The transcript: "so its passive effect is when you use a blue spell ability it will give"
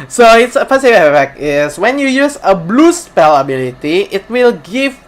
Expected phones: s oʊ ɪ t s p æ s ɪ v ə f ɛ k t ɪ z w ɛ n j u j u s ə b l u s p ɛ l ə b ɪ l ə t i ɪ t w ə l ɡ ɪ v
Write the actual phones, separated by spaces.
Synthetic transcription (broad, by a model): s oʊ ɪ t s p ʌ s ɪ w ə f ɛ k ɪ s w ɛ n j u j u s ə b l u s p ɛ l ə b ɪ l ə t i ɪ t w ə l ɡ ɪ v